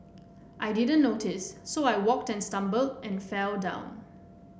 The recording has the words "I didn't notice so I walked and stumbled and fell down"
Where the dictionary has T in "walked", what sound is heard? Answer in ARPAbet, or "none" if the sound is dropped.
T